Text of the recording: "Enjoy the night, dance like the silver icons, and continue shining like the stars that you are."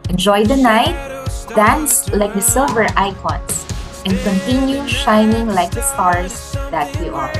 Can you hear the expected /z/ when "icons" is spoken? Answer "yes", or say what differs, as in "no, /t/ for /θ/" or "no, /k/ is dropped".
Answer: no, /s/ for /z/